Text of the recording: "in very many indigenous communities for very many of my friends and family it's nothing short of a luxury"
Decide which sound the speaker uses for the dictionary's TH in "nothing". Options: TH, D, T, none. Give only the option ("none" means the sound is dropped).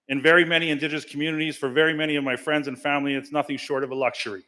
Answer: TH